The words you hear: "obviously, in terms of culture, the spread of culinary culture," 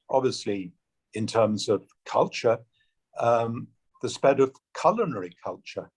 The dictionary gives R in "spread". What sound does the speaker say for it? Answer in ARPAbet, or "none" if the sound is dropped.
none